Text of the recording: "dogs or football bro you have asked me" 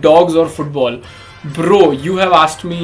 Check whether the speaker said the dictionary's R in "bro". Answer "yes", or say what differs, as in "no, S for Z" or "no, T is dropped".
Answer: yes